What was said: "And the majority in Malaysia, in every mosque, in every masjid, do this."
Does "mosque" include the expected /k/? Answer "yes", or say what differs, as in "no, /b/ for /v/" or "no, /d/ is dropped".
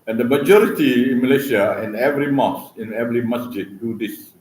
no, /k/ is dropped